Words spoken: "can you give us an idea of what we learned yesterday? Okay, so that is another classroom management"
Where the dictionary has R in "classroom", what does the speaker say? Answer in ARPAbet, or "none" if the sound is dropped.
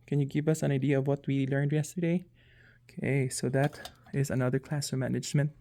none